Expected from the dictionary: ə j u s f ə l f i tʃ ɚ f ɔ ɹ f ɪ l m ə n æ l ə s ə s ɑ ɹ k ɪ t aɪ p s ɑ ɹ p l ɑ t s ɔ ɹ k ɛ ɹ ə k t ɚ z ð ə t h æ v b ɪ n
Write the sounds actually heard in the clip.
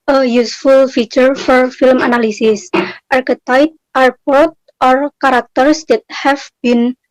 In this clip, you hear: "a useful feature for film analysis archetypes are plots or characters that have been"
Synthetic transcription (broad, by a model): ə j u s f ə l f i tʃ ɚ f ɔ ɹ f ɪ l m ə n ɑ l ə s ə s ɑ ɹ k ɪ t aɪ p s ɑ ɹ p ɑ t ɔ ɹ k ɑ ɹ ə k t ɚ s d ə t h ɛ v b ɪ n